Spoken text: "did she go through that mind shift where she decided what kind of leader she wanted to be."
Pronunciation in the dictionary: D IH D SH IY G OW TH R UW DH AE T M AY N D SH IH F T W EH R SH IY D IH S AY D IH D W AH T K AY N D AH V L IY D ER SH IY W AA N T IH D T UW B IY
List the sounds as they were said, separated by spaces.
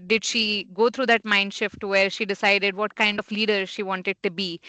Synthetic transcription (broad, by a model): D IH D SH IY G OW T R UW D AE T M AY N D SH IH F T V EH R SH IY D IH S AY D IH D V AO T K AY N D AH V L IY D ER SH IY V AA N T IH D T UW B IY